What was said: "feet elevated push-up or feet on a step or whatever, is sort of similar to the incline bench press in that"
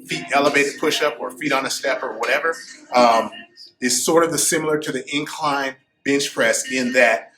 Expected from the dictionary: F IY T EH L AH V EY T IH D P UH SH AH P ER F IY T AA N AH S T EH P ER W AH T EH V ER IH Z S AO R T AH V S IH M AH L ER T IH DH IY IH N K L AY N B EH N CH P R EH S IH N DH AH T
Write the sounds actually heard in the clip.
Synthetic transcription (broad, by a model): F IY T EH L AH V EY T IH D P UH SH AH P ER F IY T N AH S T EH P ER W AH T EH V ER IH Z S AO R T AH V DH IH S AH L ER T IH DH IY IH N K L AY N B EH N CH P R EH S IH N DH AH T